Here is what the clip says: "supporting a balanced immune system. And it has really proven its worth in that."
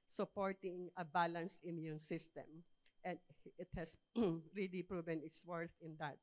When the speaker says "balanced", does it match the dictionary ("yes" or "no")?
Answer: no